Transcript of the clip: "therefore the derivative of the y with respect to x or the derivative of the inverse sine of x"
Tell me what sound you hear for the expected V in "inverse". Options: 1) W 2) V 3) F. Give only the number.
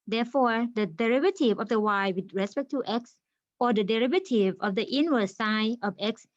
1